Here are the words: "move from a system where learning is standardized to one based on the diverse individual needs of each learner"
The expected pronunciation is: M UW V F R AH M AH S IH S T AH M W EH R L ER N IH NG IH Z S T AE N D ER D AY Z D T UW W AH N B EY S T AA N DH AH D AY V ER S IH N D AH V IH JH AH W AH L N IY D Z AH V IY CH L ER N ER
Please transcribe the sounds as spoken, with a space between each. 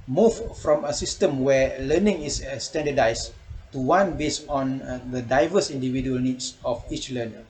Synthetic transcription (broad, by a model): M UW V F R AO M AH S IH S T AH M W EH L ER N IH NG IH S S T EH N D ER D AY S T UW W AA N B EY S AA N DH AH D AY V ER S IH N D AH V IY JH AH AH L N IY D S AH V IY CH L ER N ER